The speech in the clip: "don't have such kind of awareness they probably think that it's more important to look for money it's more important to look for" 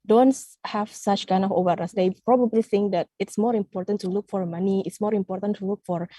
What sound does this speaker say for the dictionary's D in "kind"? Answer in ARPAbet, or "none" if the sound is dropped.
D